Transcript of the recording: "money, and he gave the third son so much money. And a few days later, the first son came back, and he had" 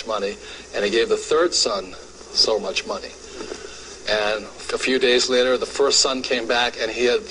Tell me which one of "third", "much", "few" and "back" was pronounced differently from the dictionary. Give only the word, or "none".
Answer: none